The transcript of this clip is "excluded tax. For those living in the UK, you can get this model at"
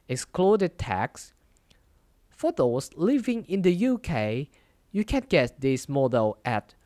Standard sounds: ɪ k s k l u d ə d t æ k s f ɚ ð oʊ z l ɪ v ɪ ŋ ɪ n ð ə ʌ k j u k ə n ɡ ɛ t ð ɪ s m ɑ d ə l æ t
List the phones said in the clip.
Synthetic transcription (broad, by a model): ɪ k s k l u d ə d t æ k s f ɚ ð oʊ s l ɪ v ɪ ŋ ɪ n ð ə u k j u k ə n ɡ ɛ t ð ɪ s m ɑ d ə l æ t